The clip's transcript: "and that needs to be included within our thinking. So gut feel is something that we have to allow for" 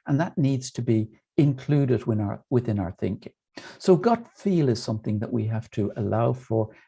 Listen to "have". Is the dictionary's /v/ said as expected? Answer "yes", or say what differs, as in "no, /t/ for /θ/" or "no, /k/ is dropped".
no, /f/ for /v/